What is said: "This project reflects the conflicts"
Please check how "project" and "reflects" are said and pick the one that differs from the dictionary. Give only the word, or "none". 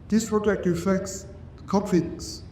reflects